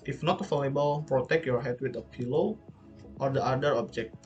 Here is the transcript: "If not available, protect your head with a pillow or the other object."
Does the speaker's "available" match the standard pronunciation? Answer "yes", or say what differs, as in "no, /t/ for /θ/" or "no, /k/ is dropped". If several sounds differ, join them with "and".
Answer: no, /f/ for /v/